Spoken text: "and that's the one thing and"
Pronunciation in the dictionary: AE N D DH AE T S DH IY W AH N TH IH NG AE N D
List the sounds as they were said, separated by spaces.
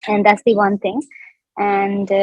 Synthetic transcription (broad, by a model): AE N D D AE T S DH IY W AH N T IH NG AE N D